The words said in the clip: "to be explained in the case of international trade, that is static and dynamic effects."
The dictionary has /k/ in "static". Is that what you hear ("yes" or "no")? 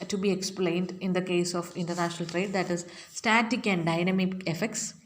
yes